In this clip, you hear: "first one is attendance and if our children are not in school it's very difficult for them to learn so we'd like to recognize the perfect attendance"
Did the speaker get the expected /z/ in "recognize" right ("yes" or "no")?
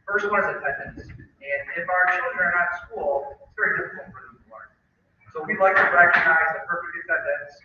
yes